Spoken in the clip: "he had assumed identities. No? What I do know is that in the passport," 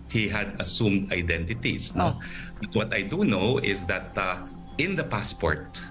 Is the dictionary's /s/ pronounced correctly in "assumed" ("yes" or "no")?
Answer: yes